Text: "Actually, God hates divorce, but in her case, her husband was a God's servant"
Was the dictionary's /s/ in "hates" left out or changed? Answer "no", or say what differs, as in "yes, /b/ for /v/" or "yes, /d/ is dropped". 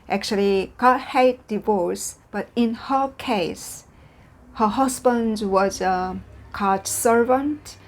yes, /s/ is dropped